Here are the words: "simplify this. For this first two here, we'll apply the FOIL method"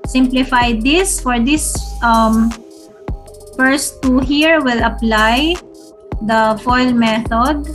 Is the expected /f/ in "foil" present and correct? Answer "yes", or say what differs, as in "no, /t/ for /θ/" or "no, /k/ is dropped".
yes